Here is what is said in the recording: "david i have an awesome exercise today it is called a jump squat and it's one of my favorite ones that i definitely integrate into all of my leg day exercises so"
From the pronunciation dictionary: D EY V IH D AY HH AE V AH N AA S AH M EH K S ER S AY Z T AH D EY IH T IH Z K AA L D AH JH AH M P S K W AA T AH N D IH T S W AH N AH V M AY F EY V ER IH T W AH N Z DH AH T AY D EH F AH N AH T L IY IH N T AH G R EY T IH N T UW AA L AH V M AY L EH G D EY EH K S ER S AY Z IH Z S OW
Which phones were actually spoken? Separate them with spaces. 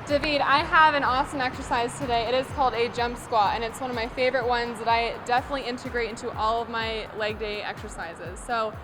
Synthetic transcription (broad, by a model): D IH V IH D AY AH V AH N AA S AH M EH K S ER S AY Z T AH D EY IH T IH Z K AA L D AH JH AH M P S K W AA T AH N IH T S W AH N AH V M AY F EY V ER IH T W AH N Z DH AH T AY D EH F AH N AH T L IY IH N T AH G R EY T IH N T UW AA L AH V M AY L EH G D EY EH K S ER S AY Z IH Z S OW